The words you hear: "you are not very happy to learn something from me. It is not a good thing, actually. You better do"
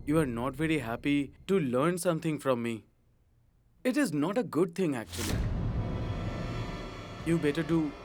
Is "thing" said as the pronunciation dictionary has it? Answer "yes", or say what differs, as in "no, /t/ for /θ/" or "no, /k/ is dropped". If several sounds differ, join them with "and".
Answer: no, /t/ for /θ/